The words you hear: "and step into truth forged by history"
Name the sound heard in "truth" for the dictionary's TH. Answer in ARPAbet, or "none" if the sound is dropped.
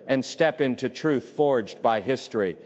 TH